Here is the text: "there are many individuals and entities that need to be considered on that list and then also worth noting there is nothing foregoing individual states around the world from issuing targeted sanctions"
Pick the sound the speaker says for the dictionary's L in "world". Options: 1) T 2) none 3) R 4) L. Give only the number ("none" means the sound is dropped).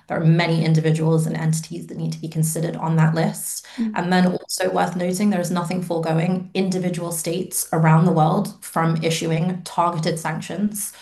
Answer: 4